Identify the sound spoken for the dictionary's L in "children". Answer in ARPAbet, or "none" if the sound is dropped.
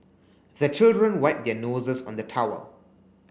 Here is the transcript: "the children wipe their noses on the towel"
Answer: L